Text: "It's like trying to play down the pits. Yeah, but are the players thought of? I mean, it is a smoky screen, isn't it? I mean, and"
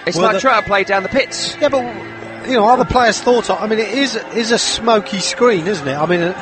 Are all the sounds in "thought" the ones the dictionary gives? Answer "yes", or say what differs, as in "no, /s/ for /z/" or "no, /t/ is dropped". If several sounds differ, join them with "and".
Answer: yes